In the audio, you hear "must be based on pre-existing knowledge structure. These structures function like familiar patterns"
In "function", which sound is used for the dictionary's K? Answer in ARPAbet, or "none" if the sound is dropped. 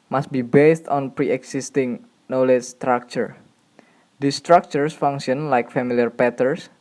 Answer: none